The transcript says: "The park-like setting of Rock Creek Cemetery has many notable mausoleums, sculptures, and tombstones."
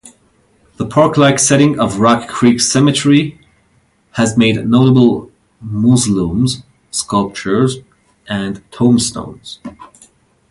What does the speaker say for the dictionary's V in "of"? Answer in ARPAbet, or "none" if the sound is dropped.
V